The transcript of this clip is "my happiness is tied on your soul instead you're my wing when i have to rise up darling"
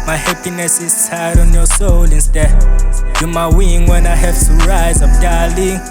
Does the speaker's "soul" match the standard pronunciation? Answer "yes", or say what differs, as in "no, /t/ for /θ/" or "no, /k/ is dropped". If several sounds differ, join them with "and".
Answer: yes